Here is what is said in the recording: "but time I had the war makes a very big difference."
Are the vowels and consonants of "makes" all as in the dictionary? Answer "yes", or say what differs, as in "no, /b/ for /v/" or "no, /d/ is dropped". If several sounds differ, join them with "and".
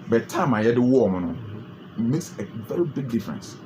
yes